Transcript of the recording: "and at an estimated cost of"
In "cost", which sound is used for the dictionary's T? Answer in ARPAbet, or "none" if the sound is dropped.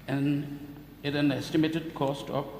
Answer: T